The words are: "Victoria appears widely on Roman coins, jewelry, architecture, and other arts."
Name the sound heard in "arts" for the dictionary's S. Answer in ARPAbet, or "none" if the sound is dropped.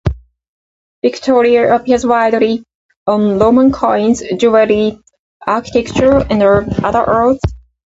TH